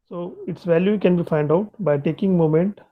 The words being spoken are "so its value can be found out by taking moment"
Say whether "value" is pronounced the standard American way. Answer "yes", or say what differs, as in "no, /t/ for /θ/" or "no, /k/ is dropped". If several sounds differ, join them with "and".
yes